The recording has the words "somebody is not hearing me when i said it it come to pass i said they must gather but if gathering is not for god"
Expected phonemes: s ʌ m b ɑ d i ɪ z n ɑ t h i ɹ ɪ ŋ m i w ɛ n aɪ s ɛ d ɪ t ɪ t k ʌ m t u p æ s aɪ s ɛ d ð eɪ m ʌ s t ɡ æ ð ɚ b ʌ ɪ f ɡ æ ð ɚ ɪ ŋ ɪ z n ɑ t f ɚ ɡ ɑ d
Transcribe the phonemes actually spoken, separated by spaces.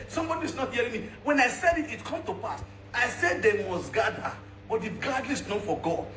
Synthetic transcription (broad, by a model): s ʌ m b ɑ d i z n ɑ t h i ɹ ɪ ŋ m i w ɛ n aɪ s ɛ d ɪ t ɪ t k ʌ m t u p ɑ s aɪ s ɛ d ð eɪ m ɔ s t ɡ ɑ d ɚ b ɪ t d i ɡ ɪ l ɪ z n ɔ f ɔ ɡ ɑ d